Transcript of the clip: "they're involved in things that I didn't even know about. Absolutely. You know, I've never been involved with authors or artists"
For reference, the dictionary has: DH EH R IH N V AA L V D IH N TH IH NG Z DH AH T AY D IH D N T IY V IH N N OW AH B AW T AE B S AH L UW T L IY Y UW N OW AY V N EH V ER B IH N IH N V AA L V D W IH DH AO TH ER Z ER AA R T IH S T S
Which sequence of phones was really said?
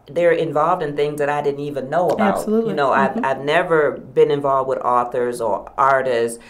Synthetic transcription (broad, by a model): DH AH R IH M V AA L V D IH N TH IH NG Z DH AH T AY D IH D N T IY V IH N N OW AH AH B AH UH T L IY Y N OW AY V N EH V ER B IH N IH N V AA L V D W IH DH AO TH ER Z ER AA R T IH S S